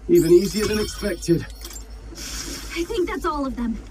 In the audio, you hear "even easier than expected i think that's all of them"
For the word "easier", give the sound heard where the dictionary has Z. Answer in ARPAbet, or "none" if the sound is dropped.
Z